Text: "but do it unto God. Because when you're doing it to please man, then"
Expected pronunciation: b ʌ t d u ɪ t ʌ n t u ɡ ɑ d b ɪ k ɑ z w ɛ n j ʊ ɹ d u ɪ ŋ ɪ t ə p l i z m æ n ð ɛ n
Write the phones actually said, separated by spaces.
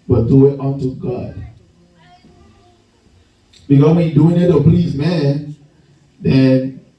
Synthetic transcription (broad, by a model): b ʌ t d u ɪ t ʌ n t u ɡ ɑ d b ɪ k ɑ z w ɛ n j d u ɪ ŋ ɪ t ə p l i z m æ n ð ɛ n